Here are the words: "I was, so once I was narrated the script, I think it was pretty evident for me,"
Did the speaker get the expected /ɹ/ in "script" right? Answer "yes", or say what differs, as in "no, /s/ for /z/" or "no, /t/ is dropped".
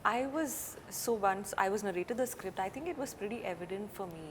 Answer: yes